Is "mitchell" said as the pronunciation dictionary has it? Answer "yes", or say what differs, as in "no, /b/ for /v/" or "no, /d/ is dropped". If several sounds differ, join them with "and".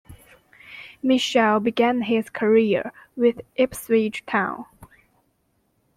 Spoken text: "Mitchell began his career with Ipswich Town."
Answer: no, /ʃ/ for /tʃ/